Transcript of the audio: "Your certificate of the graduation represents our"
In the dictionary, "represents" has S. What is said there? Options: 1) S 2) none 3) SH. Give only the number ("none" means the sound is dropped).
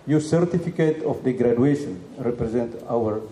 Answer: 2